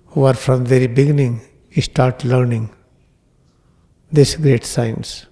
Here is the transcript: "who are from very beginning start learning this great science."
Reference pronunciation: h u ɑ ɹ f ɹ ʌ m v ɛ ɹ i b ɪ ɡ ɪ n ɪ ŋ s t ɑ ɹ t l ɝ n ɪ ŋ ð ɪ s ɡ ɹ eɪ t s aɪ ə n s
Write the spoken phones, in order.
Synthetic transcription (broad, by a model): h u ɑ ɹ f ɹ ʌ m v ɛ ɹ i b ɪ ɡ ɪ n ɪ ŋ s t ɑ ɹ t l ɝ n ɪ ŋ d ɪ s ɡ ɹ eɪ t s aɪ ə n s